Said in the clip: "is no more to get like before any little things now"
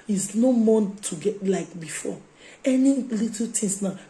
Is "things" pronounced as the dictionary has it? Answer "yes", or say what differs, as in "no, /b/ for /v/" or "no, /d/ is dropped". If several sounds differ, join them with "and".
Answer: no, /t/ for /θ/